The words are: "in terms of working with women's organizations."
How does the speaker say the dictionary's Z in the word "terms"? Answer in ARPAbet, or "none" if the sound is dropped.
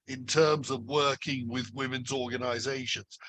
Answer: Z